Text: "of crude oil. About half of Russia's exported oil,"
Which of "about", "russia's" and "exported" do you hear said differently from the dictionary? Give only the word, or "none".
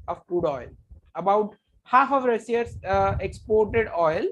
russia's